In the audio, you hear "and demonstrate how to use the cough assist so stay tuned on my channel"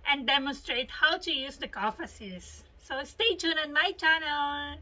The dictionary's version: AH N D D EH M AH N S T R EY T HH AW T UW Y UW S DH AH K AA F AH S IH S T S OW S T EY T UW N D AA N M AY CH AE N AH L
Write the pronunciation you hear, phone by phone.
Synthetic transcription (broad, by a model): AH N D D EH M AH N S T R EY T HH AW T UW Y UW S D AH K AA F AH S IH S S OW S T EY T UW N AA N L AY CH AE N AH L